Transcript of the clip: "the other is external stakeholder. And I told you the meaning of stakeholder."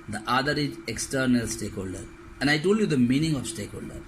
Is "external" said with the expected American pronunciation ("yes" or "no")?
yes